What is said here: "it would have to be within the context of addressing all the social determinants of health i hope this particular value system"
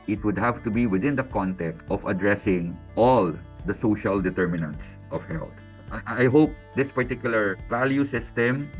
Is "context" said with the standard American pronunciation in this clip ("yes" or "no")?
no